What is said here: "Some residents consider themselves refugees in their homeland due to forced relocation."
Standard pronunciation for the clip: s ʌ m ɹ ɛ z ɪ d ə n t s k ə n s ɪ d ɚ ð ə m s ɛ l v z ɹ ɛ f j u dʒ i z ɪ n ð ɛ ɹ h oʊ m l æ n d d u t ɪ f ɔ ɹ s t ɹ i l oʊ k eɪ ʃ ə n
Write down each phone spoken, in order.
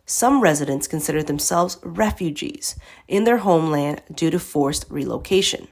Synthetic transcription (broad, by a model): s ʌ m ɹ ɛ z ɪ d ə n t s k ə n s ɪ d ɚ ð ə m s ɛ l v z ɹ ɛ f j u dʒ i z ɪ n ð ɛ ɹ h oʊ m l æ n d d u t ɪ f ɔ ɹ s t ɹ i l oʊ k eɪ ʃ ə n